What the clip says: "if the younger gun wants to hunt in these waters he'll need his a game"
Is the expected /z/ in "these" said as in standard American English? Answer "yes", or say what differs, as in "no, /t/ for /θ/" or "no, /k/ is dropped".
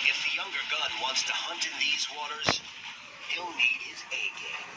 yes